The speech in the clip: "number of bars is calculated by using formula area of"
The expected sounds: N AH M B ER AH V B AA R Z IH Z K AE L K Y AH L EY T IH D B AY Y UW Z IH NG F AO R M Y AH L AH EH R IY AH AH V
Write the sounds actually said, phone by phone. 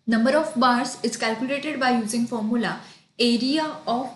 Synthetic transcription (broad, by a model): N AH M B ER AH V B AA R S IH Z K AE L K Y AH L EY T IH D B AY Y UW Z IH NG F AO R M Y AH L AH EH R IY AH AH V